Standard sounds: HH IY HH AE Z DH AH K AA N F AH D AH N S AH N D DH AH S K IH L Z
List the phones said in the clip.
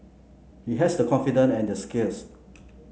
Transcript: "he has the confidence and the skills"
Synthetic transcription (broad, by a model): HH IY HH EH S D AH K AA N F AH D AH N AH N D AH S K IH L S